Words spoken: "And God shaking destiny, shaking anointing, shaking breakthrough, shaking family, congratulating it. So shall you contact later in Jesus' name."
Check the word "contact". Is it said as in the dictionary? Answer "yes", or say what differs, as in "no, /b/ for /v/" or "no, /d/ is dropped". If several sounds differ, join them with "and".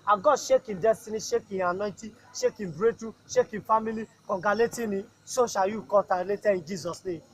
no, /n/ is dropped